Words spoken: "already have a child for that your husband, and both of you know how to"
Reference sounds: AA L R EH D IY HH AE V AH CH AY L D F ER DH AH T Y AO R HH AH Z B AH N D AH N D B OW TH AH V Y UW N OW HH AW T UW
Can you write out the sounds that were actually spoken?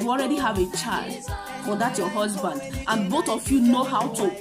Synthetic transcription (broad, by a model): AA L R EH D IY HH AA V AH CH AY L D F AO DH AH T Y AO HH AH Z B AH N D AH N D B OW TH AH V Y UW N OW HH AW T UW